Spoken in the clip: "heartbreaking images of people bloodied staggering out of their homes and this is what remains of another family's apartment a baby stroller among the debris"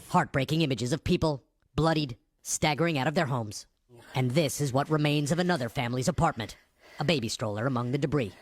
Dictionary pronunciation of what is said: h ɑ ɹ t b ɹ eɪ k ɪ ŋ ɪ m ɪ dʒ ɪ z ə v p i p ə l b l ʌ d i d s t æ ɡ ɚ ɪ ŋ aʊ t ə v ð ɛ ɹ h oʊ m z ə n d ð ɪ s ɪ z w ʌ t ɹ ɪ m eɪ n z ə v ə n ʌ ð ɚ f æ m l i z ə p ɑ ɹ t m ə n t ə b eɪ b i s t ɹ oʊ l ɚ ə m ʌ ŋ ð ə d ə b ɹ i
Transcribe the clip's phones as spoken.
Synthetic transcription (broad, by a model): h ɑ ɹ t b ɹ eɪ k ɪ ŋ ɪ m ɪ dʒ ɪ z ə v p i p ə l b l ʌ d i d s t æ ɡ ɚ ɪ ŋ aʊ t ə v ð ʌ ɹ h oʊ m z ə n ð ɪ s ɪ z w ʌ t ɹ ɪ m eɪ n z ə v ə n ʌ ð ɚ f æ m l i z ə p ɑ ɹ t m ə n t ə b eɪ b i s t ɹ oʊ l ɚ ə m ʌ ŋ ð ə d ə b ɹ i